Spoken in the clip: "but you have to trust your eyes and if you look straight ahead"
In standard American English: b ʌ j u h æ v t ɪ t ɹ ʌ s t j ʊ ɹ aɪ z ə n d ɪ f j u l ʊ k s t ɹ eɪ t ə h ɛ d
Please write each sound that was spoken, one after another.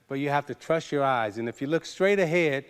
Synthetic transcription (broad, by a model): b ʌ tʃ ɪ h æ f t ɪ t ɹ ʌ s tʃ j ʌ ɹ aɪ z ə n ɪ f j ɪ l ʊ k s t ɹ eɪ t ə h ɛ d